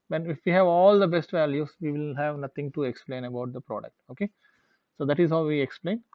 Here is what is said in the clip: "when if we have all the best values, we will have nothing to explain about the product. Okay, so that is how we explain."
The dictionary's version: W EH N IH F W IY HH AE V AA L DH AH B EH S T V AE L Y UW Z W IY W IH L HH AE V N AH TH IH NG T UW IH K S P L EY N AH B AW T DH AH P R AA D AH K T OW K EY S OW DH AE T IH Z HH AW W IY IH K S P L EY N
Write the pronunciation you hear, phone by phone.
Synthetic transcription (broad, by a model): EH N IH F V IY HH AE V AA L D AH B EH S T V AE L Y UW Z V IY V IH L HH AE V N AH T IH NG T UW IH K S P L EY N AH B AW T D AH P R AA D AH K T OW K EY S OW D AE T IH Z HH AW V IY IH K S P L EY N